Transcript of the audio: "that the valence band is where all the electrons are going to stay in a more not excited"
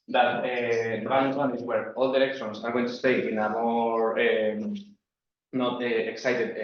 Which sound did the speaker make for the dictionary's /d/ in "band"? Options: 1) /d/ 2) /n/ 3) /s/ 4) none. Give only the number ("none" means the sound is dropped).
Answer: 4